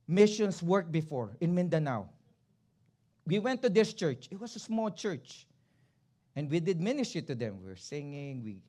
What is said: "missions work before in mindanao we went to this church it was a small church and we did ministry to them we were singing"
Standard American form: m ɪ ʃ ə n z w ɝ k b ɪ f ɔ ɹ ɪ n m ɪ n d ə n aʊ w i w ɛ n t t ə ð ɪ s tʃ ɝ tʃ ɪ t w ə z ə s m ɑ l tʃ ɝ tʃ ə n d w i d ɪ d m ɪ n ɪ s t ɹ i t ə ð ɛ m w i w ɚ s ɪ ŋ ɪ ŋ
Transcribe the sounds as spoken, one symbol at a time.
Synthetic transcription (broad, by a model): m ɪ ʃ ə n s w ɝ k b ɪ f ɔ ɹ ɪ n m ɪ n d ə n aʊ w i w ɛ n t t ə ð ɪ s tʃ ɝ tʃ ɪ t w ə s ə s m ɑ l tʃ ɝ tʃ ə n d w i d ɪ d m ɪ n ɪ s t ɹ t ə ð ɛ m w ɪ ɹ s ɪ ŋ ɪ ŋ